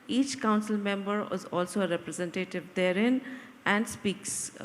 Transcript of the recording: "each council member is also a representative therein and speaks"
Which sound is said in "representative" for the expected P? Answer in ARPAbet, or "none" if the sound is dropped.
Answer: P